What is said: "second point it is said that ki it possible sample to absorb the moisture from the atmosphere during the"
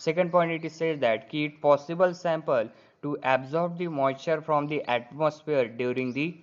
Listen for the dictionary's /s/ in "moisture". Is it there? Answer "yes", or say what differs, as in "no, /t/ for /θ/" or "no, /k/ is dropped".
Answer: no, /s/ is dropped